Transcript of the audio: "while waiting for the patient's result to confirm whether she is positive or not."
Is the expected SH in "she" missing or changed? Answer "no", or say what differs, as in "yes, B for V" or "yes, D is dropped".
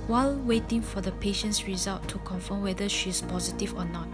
no